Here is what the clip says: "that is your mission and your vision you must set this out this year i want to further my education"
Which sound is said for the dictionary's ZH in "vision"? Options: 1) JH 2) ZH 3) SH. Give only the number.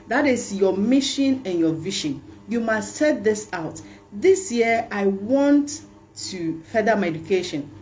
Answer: 3